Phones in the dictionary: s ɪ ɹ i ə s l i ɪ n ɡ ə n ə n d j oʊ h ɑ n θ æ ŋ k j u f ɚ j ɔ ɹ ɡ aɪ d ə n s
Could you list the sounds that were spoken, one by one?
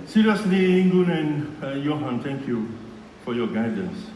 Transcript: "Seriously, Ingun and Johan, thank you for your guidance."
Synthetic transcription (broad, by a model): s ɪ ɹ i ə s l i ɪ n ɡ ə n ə n j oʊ h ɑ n t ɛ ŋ k j u f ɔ j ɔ ɡ aɪ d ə n s